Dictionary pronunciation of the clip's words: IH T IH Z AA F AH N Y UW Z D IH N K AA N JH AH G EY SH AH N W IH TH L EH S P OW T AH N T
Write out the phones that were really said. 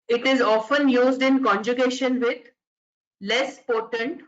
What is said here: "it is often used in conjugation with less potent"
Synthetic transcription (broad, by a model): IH T IH Z AA F AH N Y UW Z D IH N K AA N JH AH G EY SH AH N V IH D L EH S P OW T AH N T